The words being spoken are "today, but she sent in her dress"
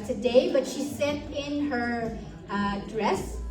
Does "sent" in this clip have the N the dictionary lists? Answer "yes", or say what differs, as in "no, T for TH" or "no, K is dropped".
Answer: no, N is dropped